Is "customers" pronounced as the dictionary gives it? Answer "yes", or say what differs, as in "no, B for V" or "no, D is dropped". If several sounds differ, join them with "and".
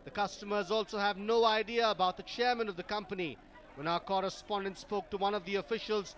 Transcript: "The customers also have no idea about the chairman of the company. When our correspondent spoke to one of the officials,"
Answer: yes